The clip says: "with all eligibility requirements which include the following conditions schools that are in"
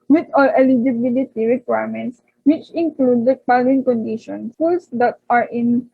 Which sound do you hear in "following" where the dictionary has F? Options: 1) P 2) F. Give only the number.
1